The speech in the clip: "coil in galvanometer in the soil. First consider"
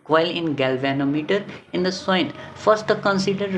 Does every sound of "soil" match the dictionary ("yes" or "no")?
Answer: no